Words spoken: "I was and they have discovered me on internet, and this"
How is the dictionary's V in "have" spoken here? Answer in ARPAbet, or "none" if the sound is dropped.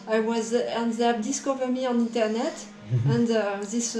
P